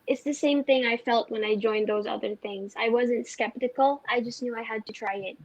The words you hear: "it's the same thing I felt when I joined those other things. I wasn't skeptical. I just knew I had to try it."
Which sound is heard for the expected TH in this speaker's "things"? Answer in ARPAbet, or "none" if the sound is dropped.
TH